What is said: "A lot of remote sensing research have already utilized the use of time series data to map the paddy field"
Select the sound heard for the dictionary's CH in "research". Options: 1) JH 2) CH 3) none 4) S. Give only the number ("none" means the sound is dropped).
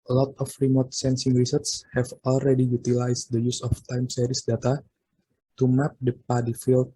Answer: 4